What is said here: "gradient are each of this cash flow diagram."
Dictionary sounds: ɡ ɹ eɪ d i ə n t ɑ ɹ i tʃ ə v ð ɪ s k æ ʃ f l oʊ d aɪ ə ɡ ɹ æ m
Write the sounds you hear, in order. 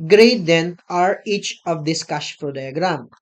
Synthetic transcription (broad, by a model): ɡ ɹ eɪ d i n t ɑ ɹ i tʃ ə v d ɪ s k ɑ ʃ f oʊ d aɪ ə ɡ ɹ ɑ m